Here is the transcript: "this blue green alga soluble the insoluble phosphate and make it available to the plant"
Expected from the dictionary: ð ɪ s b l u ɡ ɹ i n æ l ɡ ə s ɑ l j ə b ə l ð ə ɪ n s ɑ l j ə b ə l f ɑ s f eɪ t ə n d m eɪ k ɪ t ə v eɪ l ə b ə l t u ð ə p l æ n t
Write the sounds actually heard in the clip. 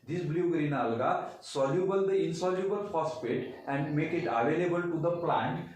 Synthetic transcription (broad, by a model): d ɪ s b l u ɡ ɹ i n æ l ɡ ə s ɑ l j ə b ə l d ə ɪ n s ɑ l j ə b ə l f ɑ s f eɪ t ə n d m eɪ k ɪ t ə v eɪ l ə b ə l t u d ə p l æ n t